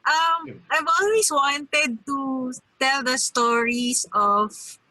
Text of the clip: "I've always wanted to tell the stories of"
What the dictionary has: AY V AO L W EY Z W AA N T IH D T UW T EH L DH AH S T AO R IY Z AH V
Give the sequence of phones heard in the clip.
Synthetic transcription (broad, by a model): AY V AO L W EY S W AA N T IH D T UW T EH L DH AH S T AO R IY S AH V